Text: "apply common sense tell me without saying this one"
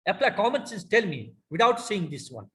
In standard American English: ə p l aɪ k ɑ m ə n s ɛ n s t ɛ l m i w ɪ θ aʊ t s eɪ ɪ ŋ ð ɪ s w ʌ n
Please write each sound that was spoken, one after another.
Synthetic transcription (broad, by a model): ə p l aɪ k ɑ m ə n s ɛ s t ɛ l m i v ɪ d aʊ t s eɪ ɪ ŋ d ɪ s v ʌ n